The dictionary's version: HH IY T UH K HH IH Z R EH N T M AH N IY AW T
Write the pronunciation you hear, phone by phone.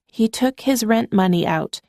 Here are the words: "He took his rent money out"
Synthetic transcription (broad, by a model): HH IY T UH K HH IH Z R EH N T M AH N IY AW T